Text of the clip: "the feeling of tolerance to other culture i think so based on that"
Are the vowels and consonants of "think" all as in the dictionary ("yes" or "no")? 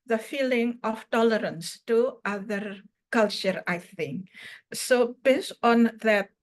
yes